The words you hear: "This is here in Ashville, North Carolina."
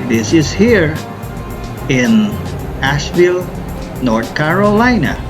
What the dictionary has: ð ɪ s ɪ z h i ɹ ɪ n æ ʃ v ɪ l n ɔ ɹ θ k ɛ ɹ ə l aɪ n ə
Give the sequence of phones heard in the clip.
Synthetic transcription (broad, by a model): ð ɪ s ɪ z h i ɹ ɪ n æ ʃ v ɪ l n ɔ ɹ θ k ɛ ɹ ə l aɪ n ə